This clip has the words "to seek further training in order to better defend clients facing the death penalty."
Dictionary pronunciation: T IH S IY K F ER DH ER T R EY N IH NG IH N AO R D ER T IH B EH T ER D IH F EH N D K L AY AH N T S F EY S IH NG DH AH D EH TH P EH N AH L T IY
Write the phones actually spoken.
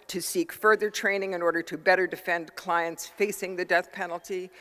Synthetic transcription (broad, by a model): T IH S IY K F ER DH ER T R EY N IH NG IH N AO R D ER T IH B EH T ER D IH F EH N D K L AY AH N T S F EY S IH NG DH AH D EH TH P EH N L T IY